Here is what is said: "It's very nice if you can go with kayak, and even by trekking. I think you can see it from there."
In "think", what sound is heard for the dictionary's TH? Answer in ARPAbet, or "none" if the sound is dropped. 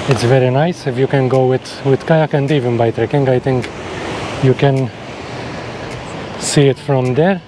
T